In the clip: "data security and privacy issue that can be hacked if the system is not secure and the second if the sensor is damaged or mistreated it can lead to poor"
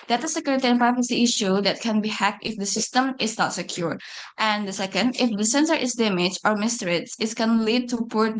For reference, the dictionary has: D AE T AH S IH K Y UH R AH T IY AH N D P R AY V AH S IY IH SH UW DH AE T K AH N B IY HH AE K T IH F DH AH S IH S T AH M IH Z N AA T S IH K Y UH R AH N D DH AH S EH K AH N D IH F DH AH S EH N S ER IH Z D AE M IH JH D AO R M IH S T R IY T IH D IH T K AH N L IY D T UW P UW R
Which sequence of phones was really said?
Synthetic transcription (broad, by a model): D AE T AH S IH K Y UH R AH T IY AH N P R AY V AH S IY IH SH UW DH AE T K AH N B IY HH AE K T IH F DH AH S IH S T AH M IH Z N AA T S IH K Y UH R AH N D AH S EH K AH N D IH F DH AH S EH N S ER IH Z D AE M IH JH AO R M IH S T R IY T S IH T K AH N L IY D T UW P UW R